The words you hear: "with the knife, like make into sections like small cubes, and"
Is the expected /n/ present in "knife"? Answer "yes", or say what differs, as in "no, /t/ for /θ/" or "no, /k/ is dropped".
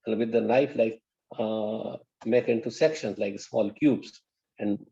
no, /l/ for /n/